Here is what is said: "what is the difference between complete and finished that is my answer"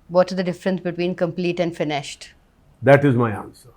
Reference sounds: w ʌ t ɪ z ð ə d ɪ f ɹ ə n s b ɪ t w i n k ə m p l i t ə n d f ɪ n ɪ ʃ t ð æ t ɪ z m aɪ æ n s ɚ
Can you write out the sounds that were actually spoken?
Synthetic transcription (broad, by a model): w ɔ t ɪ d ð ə d ɪ f ɹ ə n s b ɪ t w i n k ə m p l i t ə n d f ɪ n ɪ ʃ t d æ t ɪ z m aɪ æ n s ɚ